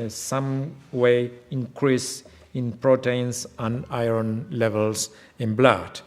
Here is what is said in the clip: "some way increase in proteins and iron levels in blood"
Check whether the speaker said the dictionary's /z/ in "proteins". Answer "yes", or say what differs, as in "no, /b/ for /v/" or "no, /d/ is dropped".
no, /s/ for /z/